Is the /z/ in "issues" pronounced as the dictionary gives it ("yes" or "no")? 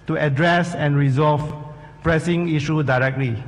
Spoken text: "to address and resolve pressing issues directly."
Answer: no